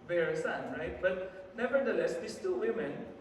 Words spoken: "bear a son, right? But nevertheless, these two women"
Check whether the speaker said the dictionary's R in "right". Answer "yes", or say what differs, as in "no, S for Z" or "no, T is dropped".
yes